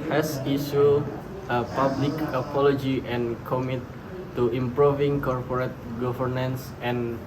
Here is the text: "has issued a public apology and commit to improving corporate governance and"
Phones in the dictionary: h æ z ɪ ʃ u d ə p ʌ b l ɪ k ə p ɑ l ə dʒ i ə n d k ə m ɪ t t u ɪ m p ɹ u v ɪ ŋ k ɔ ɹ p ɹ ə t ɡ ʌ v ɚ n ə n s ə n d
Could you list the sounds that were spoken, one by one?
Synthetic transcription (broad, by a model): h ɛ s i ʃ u ə p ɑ b l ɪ k ə p ɑ l ə dʒ i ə n k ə m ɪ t t u ɪ m p ɹ u v ɪ ŋ k ɔ ɹ p ɹ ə t ɡ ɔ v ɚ n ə n s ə n